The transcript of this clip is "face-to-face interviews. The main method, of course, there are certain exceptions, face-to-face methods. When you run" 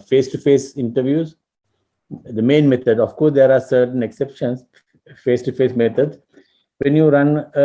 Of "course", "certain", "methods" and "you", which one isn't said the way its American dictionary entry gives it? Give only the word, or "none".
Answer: methods